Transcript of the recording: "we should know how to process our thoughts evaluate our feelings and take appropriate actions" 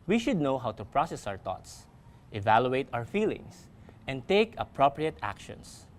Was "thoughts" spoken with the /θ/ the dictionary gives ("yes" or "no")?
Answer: no